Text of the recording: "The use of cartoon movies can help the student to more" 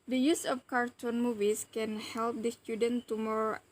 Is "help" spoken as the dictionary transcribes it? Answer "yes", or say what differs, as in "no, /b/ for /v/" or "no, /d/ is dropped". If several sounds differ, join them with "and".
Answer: yes